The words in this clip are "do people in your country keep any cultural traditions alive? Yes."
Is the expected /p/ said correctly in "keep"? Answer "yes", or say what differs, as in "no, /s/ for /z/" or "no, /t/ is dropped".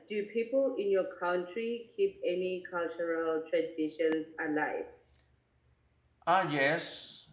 yes